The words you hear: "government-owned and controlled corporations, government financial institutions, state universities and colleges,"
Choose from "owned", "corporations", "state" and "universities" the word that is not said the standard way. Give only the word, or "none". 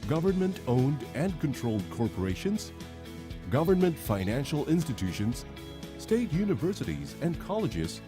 none